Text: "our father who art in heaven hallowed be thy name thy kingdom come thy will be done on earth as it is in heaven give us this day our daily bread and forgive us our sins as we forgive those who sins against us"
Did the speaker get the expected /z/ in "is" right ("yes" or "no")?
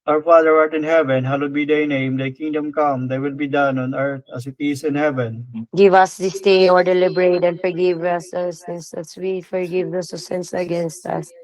no